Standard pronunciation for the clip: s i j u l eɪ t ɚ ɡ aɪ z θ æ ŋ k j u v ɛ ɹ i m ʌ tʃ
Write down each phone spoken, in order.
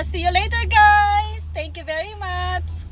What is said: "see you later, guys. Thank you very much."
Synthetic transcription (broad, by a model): s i j u l eɪ t ɚ ɡ aɪ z t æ ŋ k j u v ɛ ɹ i m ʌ tʃ